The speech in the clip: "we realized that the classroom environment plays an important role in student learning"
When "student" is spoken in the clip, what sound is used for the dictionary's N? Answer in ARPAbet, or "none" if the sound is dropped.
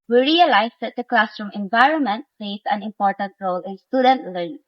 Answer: N